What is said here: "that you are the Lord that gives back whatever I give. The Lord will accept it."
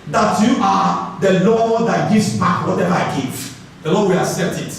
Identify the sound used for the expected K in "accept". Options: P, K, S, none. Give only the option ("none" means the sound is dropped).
none